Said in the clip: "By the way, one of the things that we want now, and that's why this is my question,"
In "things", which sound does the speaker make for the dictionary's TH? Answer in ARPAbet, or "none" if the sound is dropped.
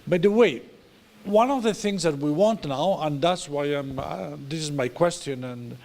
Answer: TH